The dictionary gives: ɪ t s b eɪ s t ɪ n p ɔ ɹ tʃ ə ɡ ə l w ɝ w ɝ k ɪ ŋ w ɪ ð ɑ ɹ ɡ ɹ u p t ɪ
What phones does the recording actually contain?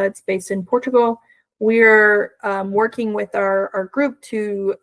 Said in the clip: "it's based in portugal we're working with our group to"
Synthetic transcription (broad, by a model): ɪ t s b eɪ s t ɪ n p ɔ ɹ tʃ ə ɡ l w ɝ w ɝ k ɪ ŋ w ɪ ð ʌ ɹ ɡ ɹ u p t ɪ